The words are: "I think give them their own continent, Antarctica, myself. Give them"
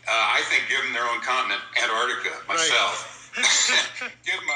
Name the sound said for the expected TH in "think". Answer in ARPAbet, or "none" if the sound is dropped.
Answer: TH